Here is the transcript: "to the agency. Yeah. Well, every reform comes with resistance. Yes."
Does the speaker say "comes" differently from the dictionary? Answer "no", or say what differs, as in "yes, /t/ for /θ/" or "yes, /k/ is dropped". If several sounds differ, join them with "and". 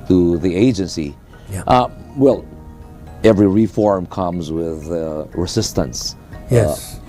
no